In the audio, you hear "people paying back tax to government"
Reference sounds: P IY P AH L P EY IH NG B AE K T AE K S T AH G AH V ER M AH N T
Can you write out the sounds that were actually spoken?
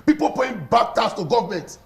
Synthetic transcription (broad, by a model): P IY P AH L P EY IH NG B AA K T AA S T AH G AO V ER M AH N T